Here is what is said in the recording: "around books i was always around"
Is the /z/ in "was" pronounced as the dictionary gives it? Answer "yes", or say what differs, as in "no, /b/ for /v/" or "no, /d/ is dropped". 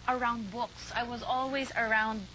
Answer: yes